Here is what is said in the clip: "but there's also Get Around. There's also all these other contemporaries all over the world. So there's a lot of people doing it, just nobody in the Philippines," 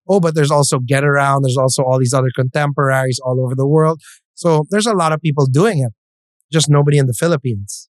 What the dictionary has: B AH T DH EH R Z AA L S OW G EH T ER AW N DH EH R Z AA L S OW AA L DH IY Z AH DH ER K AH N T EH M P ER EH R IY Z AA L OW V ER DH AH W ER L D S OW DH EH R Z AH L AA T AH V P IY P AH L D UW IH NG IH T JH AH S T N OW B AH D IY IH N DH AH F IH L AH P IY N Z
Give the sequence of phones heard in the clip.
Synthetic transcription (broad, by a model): B AH T DH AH R Z AA L S OW G EH T ER AW N DH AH R Z AA L S OW AA L DH IY Z AH DH ER K AH N T EH M P ER EH R IY Z AA L OW V ER DH AH W ER L D S OW DH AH R Z AH L AA T AH V P IY P L D UW IH NG IH T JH AH S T N OW B AH D IY IH N DH AH F IH L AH P IY N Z